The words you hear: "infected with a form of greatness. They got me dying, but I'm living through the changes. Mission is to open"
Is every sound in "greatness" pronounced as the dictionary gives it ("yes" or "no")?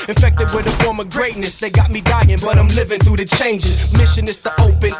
yes